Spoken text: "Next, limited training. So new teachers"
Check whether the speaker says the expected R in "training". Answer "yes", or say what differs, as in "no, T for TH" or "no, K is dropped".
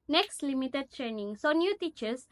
yes